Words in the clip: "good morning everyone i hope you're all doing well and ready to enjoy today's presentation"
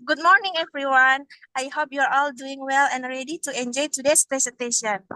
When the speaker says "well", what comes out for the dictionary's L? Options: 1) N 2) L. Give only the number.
2